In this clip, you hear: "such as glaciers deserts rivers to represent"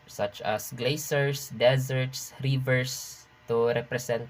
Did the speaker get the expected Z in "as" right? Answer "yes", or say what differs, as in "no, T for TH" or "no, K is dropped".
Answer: no, S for Z